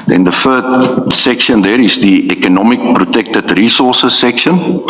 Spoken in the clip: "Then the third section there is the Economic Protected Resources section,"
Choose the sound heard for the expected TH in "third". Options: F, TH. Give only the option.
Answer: F